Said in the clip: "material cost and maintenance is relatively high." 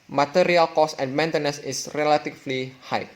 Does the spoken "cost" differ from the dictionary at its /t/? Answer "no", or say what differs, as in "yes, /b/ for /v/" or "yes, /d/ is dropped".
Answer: yes, /t/ is dropped